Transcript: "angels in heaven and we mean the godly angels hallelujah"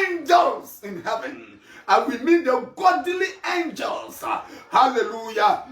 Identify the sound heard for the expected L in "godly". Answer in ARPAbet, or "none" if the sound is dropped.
L